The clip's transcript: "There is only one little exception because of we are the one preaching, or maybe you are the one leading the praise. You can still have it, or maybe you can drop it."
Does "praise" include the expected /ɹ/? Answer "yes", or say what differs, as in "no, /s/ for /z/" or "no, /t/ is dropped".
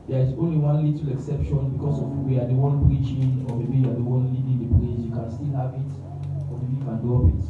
no, /l/ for /ɹ/